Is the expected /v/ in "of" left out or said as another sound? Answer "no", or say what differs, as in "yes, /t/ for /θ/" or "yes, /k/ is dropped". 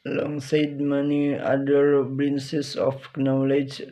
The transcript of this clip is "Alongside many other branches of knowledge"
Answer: yes, /p/ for /v/